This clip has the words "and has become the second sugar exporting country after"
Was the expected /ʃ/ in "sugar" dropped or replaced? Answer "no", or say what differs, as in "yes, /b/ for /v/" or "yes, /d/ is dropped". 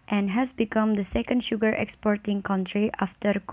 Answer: no